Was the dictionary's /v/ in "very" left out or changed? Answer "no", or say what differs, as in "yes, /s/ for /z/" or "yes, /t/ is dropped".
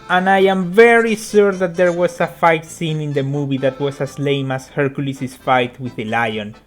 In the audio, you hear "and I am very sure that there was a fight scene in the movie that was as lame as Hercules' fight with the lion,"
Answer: no